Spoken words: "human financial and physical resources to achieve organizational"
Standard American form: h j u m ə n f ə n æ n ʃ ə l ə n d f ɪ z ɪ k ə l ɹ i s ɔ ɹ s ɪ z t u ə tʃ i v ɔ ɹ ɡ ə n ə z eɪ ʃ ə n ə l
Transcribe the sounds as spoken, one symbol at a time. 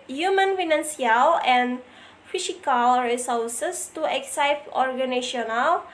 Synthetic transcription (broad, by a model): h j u m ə n f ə n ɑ n s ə l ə n f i s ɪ k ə l ɹ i s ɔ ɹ s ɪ s t u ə s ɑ p ɔ ɹ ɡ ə n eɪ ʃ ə n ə l